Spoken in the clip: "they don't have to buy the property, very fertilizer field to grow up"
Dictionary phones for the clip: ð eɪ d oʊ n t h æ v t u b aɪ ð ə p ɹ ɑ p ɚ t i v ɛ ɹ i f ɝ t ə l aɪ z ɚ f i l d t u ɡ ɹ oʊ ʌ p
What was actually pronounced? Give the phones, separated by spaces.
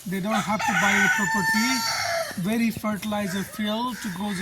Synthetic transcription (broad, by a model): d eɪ d oʊ n t h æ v t u b aɪ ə p ɹ ɑ p ɚ t i v ɛ ɹ i f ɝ t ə l aɪ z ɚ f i l t u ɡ oʊ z